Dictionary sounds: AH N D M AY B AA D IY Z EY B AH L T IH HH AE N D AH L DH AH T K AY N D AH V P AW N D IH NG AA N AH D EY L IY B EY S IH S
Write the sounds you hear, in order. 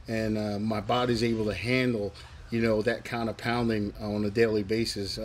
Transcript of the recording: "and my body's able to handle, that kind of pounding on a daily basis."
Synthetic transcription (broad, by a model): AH N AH M AY B AA D IY Z EY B L T IH HH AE N D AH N DH AH T K AY N D AH V P AW N D IH NG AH N AH D EY L IY B EY S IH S